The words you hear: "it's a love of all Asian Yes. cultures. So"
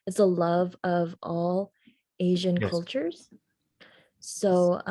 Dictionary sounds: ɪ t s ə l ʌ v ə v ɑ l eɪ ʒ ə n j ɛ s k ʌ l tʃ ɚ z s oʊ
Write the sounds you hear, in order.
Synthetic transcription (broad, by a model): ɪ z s ə l ʌ v ə v ɑ l eɪ ʒ ə n k ʌ l tʃ ɚ z s oʊ